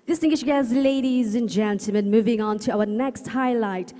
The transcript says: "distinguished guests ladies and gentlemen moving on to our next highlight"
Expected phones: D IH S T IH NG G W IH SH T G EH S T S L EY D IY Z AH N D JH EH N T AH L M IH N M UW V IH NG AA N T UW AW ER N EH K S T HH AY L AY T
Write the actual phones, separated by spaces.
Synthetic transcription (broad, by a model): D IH S T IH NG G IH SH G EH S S L EY D IY Z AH N JH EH N T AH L M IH N M UW V IH NG AA N T UW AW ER N EH K S T HH AY L AY T